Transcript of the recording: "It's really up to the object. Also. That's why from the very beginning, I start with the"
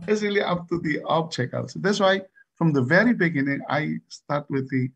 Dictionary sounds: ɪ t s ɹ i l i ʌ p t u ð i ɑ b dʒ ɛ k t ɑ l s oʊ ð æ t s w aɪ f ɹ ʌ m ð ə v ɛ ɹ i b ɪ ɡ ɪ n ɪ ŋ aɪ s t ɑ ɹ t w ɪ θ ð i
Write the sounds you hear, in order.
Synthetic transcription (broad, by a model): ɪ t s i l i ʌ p t u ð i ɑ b tʃ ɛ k ɑ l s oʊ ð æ t s w aɪ f ɹ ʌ m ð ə v ɛ ɹ i b ɪ ɡ ɪ n ɪ ŋ aɪ s t ɑ ɹ t w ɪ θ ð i